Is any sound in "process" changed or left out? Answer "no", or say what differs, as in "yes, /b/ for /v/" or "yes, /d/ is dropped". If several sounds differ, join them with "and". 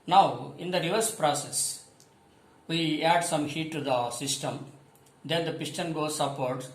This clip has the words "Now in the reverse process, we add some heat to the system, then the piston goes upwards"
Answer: no